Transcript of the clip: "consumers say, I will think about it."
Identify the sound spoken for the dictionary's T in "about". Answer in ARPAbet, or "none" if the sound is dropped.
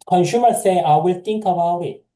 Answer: none